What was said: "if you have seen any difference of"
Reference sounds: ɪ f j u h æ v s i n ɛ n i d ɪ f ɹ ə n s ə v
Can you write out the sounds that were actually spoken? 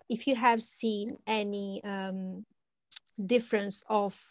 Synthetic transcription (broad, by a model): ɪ f j u h æ v s i n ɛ n i d ɪ f ɹ ə n s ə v